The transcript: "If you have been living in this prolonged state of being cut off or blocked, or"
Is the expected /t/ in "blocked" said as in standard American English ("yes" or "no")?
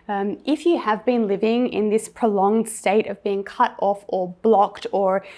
yes